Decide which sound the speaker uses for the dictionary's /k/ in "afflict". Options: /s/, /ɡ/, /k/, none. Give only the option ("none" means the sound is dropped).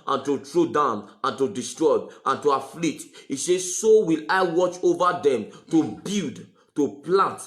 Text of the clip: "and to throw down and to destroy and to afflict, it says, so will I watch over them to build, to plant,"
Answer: none